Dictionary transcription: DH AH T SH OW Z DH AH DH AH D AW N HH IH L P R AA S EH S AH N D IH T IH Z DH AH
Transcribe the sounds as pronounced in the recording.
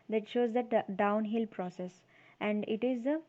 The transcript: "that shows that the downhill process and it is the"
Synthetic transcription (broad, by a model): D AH T SH OW Z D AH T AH D AW N HH IH L P R AA S EH S AH N D IH T IH Z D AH